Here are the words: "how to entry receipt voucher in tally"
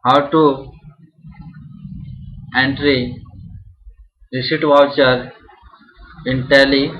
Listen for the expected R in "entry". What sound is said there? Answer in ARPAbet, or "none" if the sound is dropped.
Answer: R